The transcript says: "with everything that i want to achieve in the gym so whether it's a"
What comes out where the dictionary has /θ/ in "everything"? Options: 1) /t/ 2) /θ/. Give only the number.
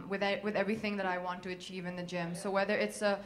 2